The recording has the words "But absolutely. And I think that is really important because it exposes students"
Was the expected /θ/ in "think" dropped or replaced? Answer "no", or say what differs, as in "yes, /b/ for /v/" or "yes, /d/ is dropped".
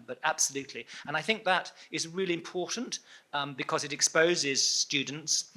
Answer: no